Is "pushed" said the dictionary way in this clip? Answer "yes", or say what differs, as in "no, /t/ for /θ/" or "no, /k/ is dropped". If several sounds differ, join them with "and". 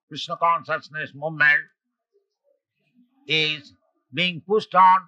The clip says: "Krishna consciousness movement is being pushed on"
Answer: no, /s/ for /ʃ/